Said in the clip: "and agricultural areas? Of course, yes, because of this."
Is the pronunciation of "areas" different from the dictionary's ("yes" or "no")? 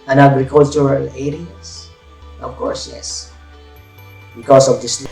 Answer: yes